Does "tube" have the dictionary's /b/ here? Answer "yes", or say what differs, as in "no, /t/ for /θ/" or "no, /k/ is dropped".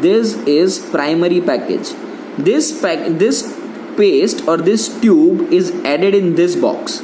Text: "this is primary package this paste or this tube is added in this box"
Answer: yes